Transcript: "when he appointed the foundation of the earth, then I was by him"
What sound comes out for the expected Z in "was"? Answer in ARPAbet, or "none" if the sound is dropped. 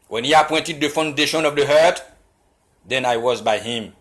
Z